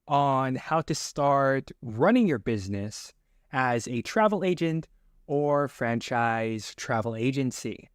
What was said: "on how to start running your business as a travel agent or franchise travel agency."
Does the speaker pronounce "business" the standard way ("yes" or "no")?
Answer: yes